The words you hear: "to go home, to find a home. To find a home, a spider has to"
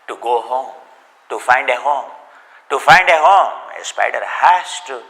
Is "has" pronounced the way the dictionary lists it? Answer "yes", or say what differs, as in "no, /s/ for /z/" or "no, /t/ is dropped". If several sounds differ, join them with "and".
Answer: no, /s/ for /z/